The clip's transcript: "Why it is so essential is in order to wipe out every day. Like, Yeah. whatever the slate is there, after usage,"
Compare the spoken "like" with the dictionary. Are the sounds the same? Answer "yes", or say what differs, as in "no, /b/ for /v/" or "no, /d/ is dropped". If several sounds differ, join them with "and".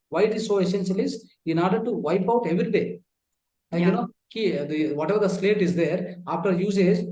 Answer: no, /n/ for /l/